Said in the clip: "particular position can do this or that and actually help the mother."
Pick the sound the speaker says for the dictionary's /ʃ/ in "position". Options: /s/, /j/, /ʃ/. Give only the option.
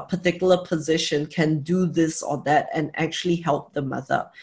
/ʃ/